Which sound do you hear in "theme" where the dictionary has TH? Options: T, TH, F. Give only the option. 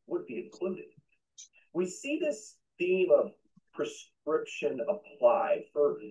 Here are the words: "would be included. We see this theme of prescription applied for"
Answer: TH